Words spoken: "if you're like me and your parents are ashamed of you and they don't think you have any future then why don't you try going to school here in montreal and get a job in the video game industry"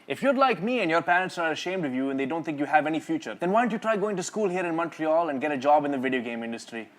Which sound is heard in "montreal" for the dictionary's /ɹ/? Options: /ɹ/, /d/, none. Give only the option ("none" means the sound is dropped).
/ɹ/